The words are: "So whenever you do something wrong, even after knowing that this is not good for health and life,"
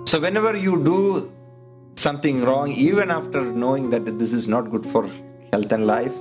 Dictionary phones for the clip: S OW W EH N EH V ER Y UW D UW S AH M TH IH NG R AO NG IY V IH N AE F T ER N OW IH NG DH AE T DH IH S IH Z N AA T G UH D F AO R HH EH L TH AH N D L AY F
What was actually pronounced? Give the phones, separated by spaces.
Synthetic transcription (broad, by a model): S OW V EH N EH V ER Y UW D UW S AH M T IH NG R AO NG IY V IH N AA F T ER N OW IH NG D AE T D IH S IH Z N AA T G UH D F AO R HH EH L T AH N D L AY F